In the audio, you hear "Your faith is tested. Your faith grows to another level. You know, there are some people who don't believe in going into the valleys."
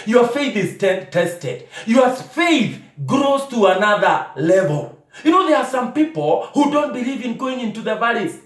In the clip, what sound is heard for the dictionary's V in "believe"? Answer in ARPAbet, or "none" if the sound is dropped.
V